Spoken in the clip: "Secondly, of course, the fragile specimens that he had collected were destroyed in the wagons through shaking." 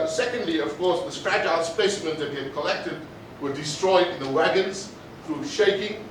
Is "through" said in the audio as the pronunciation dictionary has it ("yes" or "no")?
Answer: yes